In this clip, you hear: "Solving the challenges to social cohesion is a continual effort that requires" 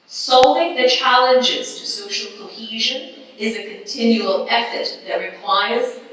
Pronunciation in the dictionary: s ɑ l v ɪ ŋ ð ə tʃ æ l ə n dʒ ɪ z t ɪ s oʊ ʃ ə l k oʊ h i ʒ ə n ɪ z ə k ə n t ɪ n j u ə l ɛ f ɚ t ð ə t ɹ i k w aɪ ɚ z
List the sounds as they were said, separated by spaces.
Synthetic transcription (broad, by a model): s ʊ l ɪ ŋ ð ə tʃ æ l ə n dʒ ɪ z t ɪ s oʊ ʃ l k oʊ h i ʒ ə n ɪ z ə k ə n t ɪ n j u ə l ɛ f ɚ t ð ə t ɹ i k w aɪ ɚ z